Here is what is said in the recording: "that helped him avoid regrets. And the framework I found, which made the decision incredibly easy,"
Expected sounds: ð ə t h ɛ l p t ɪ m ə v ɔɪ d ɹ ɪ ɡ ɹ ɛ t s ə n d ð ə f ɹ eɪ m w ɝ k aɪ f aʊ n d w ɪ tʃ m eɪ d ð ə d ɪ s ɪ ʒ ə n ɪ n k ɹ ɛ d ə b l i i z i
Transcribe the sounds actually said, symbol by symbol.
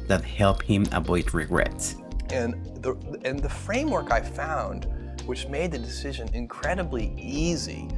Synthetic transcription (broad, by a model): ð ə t h ɛ l p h ɪ m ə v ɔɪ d ɹ ɪ ɡ ɹ ɛ t s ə n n ð ə f ɹ eɪ m w ɝ k aɪ f aʊ n d w ɪ tʃ m eɪ d ð ə d ɪ s ɪ ʒ ə n ɪ n k ɹ ɛ d ə b l i i z i